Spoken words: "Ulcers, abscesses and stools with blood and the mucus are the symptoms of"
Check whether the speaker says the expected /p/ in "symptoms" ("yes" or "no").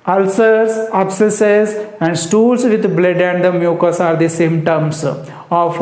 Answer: no